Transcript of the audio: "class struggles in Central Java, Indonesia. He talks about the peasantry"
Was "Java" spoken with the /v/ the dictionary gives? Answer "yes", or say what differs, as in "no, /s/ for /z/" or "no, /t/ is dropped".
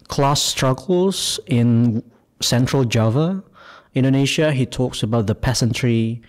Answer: yes